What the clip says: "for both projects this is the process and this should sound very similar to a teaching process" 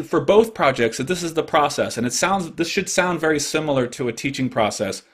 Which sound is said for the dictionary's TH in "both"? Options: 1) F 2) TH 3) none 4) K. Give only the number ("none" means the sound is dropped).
2